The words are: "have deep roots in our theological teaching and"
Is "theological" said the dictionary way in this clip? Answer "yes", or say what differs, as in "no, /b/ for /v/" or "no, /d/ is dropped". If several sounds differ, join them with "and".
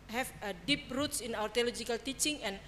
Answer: no, /t/ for /θ/